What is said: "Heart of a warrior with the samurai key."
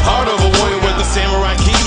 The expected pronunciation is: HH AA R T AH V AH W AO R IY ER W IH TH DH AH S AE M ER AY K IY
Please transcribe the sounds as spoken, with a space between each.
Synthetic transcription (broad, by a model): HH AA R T AH V AH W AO IY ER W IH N DH AH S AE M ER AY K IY